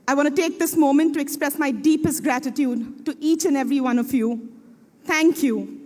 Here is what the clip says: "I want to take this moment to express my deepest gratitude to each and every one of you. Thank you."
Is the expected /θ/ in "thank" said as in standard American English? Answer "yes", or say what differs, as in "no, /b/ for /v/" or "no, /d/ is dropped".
no, /t/ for /θ/